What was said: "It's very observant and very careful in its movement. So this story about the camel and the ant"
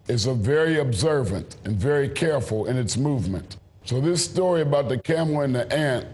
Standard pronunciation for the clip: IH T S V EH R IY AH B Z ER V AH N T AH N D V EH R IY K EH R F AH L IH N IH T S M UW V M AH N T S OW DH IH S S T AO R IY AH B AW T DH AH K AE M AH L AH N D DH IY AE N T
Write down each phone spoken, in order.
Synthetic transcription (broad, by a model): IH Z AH V EH R IY AH B Z ER V AH N T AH N V EH R IY K EH R F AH L IH N IH T S M UW V M AH N T S OW DH IH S S T AO R IY AH B AW T DH AH K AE M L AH N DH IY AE N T